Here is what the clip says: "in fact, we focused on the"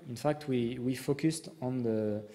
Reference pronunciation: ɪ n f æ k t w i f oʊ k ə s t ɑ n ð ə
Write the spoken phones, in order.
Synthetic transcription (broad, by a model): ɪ n f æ k t w i f oʊ k ə s t ɑ n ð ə